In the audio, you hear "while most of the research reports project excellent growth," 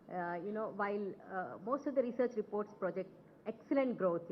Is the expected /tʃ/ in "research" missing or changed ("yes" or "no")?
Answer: no